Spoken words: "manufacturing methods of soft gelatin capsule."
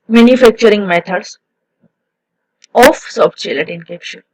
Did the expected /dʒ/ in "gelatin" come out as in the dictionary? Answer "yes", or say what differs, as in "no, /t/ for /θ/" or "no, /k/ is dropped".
no, /tʃ/ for /dʒ/